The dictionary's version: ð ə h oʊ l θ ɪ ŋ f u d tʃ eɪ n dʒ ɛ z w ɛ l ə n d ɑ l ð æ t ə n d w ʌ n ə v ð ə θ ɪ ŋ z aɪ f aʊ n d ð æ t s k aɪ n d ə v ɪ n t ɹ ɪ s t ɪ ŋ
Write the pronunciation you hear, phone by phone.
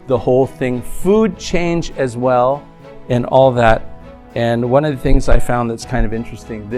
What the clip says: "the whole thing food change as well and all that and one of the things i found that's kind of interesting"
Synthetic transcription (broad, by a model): ð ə h oʊ l θ ɪ ŋ f u d tʃ eɪ n dʒ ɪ z w ɛ l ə n ɑ l ð æ t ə n w ʌ n ə v ð ə θ ɪ ŋ z aɪ f aʊ n ð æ t s k aɪ n d ə v ɪ n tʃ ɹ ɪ s t ɪ ŋ